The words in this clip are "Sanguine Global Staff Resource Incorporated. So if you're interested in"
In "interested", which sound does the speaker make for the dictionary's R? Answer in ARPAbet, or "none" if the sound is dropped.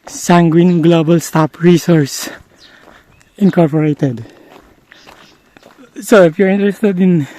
R